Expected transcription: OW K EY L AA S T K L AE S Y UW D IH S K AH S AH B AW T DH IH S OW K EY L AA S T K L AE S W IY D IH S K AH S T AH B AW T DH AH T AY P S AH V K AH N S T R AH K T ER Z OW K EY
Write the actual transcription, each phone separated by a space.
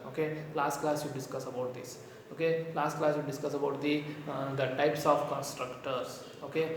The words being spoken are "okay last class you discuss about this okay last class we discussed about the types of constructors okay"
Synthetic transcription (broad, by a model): OW K EY L AA S T K L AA S Y UW D IH S K AH S AH B AW T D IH S OW K EY L AA S T K L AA S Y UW D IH S K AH S AH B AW T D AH T AY P S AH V K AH N S T R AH K T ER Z OW K EY